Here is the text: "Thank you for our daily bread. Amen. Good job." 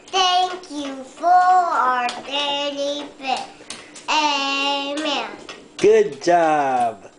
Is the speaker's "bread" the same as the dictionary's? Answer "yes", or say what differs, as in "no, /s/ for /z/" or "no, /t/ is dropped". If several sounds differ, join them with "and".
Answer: no, /ɹ/ is dropped and /d/ is dropped